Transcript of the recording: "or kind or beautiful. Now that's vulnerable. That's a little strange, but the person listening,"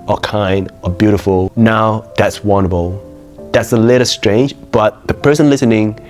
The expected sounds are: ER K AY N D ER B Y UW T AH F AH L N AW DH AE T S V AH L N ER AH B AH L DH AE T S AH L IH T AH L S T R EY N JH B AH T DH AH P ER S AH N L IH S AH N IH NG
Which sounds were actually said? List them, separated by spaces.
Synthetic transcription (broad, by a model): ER K AY N D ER B Y UW T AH F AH L N AW DH AE T S W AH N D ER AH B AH L DH AE T S AH L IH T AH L S T R EY N JH B AH T DH AH P ER S AH N L IH S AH N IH NG